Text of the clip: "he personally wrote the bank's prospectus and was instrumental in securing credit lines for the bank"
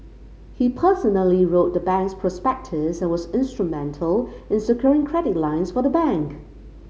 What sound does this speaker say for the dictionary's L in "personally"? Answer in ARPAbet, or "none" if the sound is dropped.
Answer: L